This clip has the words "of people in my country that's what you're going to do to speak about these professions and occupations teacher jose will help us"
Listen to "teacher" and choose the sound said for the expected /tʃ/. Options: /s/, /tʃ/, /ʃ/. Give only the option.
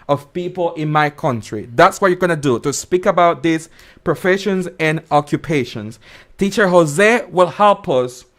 /tʃ/